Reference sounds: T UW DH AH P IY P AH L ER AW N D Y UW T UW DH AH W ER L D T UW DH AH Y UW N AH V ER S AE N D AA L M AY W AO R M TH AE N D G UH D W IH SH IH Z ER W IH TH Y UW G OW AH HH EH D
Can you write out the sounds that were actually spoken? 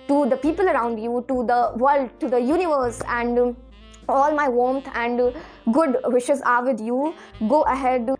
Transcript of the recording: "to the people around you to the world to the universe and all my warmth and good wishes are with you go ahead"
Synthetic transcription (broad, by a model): T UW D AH P IY P AH L ER AW N D Y UW T UW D AH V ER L D T UW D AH Y UW N AH V ER S AE N D AA L M AY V AO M T AE N D G UH D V IH SH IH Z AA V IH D Y UW G OW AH HH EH D